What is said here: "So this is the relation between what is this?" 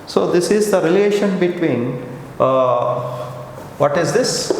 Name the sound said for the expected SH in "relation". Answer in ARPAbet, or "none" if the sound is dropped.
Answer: SH